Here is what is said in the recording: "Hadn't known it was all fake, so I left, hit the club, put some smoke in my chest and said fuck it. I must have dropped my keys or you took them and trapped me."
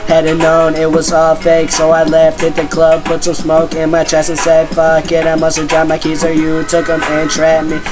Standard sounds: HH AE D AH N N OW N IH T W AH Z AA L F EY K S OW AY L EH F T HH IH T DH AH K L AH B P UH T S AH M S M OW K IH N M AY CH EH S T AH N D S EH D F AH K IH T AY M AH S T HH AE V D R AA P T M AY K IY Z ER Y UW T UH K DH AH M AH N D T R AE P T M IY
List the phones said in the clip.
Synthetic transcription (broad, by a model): HH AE D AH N N OW N IH T W AH Z AA L F EY K S OW AY L EH F T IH T DH AH K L AH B P UH T S AH M S M OW K IH N M AY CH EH S AH N S EH D F AH K IH T AY M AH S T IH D R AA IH M AY K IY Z ER Y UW T UH K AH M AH N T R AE T M IY